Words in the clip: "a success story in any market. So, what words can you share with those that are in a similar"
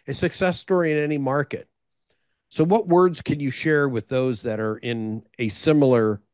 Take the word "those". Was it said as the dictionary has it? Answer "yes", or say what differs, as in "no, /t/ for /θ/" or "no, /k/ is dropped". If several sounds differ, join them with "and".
yes